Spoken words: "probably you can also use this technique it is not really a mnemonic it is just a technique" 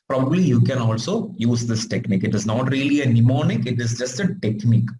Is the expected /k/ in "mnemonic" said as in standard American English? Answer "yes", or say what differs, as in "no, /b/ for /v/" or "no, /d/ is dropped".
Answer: yes